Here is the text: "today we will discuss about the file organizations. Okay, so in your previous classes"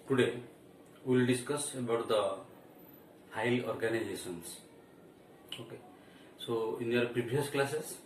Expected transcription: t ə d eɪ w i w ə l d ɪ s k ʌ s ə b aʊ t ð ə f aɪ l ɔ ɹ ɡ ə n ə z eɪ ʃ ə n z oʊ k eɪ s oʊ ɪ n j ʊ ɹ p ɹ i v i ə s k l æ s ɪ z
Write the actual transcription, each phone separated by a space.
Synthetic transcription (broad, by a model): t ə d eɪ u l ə d ɪ s k ʌ s ə b aʊ t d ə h aɪ l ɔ ɹ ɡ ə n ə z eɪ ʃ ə n s oʊ k eɪ s oʊ ɪ n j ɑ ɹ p ɹ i b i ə s k l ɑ s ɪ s